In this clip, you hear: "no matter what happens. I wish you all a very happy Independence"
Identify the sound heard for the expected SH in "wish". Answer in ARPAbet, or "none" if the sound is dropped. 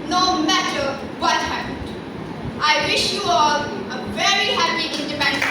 SH